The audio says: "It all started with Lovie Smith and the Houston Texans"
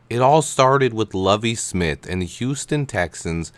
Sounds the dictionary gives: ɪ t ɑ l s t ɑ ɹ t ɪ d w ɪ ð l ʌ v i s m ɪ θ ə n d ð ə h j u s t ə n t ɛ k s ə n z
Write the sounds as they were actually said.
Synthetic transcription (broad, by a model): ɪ t ɑ l s t ɑ ɹ t ɪ d w ɪ ð l ʌ v i s m ɪ θ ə n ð h j u s t ə n t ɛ k s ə n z